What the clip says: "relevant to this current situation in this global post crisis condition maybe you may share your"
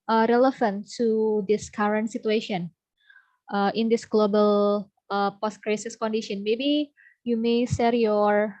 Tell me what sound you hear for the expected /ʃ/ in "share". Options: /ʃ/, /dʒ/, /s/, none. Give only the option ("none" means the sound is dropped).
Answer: /s/